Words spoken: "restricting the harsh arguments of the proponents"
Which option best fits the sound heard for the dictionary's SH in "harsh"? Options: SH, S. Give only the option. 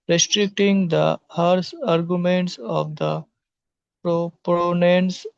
S